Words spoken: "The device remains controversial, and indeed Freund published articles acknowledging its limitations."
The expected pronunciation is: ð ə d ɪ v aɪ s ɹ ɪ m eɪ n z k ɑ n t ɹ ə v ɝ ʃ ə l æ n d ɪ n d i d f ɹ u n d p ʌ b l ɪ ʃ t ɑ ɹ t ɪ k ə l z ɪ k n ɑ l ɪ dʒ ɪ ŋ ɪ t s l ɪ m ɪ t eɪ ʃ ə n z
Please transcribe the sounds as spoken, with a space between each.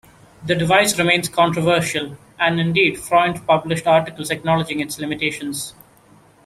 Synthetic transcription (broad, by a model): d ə d ɪ v aɪ s ɹ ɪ m eɪ n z k ɑ n t ɹ ə v ɝ ʃ ə l æ n d ɪ n d i d f ɹ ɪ n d p ʌ b l ɪ ʃ t ɑ ɹ t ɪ k ə l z ɪ k n ɑ l ɪ dʒ ɪ ŋ ɪ t s l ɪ m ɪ t eɪ ʃ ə n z